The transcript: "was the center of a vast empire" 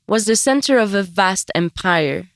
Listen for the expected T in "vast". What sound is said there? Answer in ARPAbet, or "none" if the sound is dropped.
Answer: T